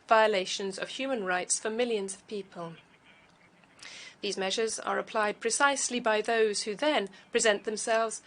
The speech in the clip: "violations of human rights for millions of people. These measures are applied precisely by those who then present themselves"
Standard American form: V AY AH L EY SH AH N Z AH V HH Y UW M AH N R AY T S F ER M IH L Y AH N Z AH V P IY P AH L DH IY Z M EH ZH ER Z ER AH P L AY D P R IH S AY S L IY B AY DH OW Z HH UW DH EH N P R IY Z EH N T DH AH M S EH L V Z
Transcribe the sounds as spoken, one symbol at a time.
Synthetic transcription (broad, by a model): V AY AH L EY SH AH N Z AH V HH Y UW M AH N R AY T S F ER M IH L Y AH N Z AH V P IY P AH L DH IY Z M EH ZH ER Z ER AH P L AY D P R IH S AY S L IY B AY DH OW Z HH UW DH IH N P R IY Z EH N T DH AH M S EH L V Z